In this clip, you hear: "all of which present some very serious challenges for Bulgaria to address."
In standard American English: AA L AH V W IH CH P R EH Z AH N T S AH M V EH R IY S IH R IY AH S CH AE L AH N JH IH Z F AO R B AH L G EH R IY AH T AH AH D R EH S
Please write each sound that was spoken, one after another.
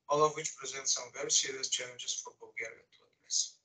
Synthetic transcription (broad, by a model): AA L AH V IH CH P R EH Z AH N T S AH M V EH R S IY IY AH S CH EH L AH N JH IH S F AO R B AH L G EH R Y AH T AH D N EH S